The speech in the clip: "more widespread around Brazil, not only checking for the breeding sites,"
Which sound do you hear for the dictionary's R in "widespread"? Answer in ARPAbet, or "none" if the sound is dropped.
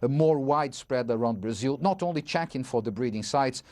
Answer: R